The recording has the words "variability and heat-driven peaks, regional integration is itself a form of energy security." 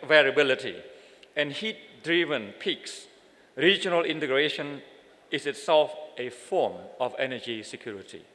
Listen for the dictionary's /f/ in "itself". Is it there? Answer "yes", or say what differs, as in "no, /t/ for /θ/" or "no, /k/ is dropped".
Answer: yes